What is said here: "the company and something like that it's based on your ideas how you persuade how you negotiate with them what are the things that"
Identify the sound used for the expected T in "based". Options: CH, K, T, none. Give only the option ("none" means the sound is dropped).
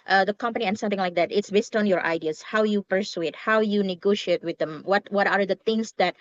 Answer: T